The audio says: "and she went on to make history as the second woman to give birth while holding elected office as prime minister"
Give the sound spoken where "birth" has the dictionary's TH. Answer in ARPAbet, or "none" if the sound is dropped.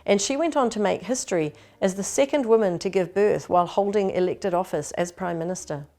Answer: TH